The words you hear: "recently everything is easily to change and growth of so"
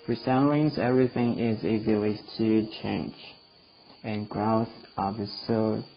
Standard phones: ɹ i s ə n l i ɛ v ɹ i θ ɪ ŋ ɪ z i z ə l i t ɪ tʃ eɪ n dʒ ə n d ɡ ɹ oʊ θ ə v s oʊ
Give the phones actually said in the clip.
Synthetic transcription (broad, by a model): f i s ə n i ɛ v ɹ i θ ɪ ŋ ɪ z i z ə l i t ɪ tʃ eɪ n dʒ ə n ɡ ɹ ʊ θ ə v s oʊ